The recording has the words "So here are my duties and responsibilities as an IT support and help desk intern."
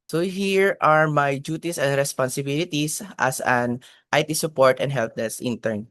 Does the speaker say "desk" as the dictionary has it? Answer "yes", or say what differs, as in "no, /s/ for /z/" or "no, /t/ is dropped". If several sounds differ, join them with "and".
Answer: no, /k/ is dropped